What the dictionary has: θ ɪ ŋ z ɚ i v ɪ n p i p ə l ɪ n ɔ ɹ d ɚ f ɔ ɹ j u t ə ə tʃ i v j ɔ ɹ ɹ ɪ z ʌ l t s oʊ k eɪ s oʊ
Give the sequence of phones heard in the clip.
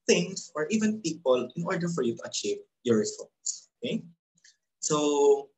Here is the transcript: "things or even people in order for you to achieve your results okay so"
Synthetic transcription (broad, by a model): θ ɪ ŋ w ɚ i v ɪ n p i p ə l ɪ n ɔ ɹ d ɚ f ɔ ɹ j u t ə ə tʃ i v j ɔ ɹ ɹ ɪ s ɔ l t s oʊ k eɪ s oʊ